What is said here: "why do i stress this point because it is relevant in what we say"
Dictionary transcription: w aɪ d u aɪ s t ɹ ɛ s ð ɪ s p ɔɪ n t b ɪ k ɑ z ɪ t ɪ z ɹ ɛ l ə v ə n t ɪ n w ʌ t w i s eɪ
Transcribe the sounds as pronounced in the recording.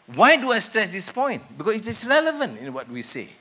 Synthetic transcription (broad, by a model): w aɪ d u aɪ s t ɹ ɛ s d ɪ s p ɔɪ n t b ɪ k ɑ s ɪ t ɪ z ɹ ɛ l ə v ə n t ɪ n w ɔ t w i s eɪ